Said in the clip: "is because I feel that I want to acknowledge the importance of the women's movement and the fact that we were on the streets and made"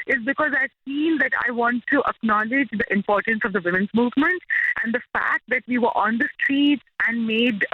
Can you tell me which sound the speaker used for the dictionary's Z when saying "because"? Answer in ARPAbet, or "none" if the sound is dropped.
Z